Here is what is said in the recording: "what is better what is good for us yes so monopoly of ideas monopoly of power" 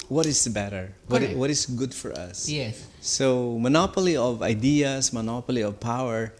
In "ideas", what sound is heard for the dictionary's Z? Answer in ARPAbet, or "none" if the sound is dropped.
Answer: S